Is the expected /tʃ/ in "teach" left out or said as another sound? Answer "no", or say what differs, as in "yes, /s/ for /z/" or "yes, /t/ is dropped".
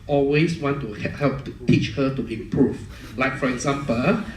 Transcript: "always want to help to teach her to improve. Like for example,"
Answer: no